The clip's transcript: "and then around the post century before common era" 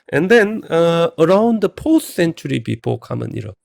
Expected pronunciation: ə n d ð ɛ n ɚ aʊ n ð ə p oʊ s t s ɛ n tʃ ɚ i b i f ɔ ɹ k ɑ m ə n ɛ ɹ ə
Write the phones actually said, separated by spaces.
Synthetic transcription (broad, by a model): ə n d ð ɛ n ɚ aʊ n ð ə p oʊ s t s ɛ n tʃ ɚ i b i p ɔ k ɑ m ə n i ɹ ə